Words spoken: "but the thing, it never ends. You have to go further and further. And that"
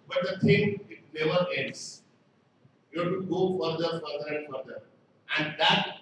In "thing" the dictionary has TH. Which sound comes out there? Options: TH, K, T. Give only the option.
T